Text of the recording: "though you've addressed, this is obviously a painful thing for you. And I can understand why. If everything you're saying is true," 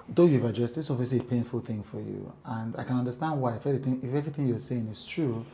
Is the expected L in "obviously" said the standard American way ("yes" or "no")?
no